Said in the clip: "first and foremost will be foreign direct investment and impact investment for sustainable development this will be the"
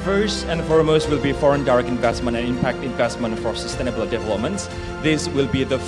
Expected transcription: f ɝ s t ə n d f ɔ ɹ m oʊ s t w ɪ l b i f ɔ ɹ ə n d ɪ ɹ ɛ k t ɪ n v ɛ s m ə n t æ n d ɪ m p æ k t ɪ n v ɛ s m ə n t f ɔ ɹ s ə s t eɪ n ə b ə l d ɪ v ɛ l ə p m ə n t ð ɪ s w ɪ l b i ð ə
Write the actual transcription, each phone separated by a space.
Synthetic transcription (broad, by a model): f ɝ s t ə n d f ɔ ɹ m oʊ s t w ɪ l b i f ɔ ɹ ə n d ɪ ɹ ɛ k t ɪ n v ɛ s m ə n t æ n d ɪ m p æ k t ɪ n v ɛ s m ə n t f ɔ ɹ s ə s t eɪ n ə b ə l d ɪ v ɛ l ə p m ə n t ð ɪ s w ɪ l b i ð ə